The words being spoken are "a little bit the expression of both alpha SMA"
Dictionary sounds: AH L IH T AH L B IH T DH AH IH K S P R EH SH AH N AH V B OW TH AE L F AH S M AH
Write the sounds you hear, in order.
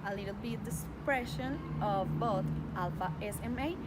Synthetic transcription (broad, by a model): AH L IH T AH L B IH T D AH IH S P R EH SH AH N AH V B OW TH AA L F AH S M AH